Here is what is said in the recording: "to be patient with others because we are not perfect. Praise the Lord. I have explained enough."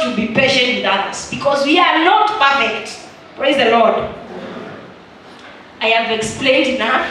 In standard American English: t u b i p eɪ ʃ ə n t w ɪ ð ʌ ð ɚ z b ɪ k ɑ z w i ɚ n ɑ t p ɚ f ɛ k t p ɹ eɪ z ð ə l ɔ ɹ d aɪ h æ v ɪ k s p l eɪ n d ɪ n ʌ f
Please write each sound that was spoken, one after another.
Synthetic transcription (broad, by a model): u b i p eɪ ʃ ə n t w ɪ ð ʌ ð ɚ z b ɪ k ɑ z w i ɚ n ɑ t p ɚ f ɛ k t p ɹ eɪ z ð ə l ɔ ɹ d aɪ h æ v ɪ k s p l eɪ n d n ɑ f